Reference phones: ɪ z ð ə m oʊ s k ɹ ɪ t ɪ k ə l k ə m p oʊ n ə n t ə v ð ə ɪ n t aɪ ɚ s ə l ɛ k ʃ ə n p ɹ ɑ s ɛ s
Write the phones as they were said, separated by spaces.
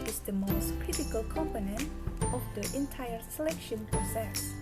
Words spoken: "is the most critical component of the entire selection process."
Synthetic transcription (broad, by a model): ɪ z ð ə m oʊ s k ɹ ɪ t ɪ k ə l k ə m p oʊ n ə n t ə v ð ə ɪ n t aɪ ɚ s ə l ɛ k ʃ ə n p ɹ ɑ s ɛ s